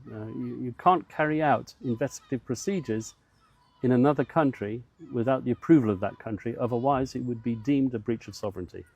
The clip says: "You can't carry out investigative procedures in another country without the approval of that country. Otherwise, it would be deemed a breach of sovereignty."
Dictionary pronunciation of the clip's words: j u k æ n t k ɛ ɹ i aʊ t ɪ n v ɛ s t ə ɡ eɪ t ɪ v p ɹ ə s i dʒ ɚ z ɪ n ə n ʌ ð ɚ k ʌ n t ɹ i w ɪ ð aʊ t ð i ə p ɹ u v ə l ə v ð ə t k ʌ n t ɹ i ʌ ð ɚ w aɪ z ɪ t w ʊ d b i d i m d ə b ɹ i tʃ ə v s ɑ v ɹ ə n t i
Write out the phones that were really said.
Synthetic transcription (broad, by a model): j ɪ k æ n k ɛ ɹ i aʊ t ɪ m v ɛ s t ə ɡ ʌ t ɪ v p ɹ ə s i dʒ ɚ z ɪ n ə n ʌ ð ɚ k ʌ n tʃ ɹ i w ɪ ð aʊ t ð i ə p ɹ u v ə l ə v ð ə t k ʌ n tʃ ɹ i ʌ ð ɚ w aɪ z ɪ t w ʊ d b i d i m d ə b ɹ i tʃ ə v s ɑ v ɹ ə n t i